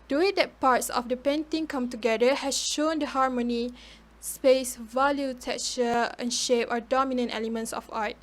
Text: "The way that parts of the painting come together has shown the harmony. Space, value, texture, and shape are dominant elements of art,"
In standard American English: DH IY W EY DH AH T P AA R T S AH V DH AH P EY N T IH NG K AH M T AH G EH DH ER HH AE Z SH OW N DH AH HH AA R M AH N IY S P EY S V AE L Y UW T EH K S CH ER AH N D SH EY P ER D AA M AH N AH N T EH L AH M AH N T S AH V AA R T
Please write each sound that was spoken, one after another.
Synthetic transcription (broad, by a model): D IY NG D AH T P AA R T S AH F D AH P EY N T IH NG K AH M T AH G EH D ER HH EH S SH OW N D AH HH AA R M AH N IY S P EY S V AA L Y UW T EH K CH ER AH N SH EY P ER D AA M AH N AH N T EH L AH M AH N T S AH F AA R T